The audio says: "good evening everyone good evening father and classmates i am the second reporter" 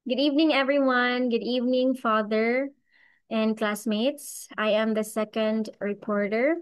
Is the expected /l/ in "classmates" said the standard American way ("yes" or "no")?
yes